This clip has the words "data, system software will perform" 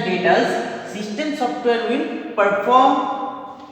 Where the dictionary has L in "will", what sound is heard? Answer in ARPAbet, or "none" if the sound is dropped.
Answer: N